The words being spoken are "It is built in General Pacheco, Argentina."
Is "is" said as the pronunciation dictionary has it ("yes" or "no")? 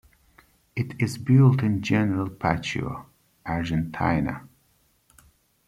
yes